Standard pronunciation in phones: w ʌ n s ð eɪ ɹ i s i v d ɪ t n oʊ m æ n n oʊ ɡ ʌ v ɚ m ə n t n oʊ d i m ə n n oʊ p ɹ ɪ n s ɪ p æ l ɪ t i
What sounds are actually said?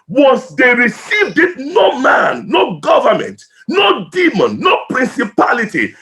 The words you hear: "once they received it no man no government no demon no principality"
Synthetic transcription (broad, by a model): w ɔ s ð eɪ ɹ i s i v d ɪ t n oʊ m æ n n oʊ ɡ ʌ v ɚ m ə n t n oʊ d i m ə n n oʊ p ɹ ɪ n s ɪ p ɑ l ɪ t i